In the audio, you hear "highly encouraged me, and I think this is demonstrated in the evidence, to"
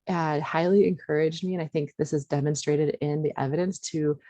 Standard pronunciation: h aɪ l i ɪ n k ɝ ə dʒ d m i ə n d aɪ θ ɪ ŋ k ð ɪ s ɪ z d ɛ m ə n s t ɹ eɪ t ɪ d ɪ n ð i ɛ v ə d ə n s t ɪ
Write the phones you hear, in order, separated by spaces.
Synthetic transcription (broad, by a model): h aɪ l i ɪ n k ɝ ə dʒ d m i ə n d aɪ θ ɪ ŋ k ð ɪ s ɪ z d ɛ m ə n s t ɹ eɪ t ɪ d ɪ n ð i ɛ v ə d ə n s t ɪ